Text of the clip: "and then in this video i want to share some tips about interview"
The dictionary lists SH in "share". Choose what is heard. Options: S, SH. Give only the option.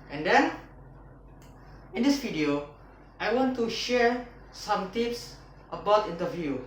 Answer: SH